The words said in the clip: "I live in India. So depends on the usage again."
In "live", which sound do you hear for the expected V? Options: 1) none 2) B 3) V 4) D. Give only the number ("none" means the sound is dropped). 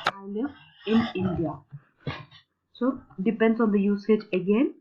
1